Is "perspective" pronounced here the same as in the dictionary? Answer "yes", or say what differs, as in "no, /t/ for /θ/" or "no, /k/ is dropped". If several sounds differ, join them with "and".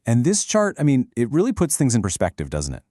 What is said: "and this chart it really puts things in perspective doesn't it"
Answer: yes